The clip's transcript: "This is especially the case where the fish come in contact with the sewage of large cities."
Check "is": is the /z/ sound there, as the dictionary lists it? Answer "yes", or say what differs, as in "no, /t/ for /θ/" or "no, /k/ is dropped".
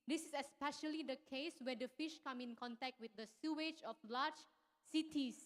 no, /s/ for /z/